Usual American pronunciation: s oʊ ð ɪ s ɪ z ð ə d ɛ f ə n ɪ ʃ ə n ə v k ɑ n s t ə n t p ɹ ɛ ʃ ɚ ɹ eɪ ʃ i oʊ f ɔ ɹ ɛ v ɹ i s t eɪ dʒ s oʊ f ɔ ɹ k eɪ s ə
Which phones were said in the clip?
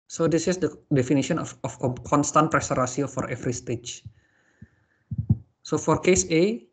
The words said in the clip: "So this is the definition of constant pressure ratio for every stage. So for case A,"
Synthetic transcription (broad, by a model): s oʊ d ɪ s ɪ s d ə d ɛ f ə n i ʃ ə n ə f k ɑ n s t ə n t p ɹ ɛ s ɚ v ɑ s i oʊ f ɔ ɹ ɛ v ɹ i s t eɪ tʃ s oʊ f ɔ ɹ k eɪ s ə